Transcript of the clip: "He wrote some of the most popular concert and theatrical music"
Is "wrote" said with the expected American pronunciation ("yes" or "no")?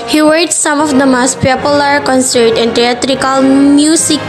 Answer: no